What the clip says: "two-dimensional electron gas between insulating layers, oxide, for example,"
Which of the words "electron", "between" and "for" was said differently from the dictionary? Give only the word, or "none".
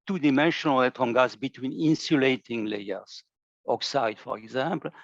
electron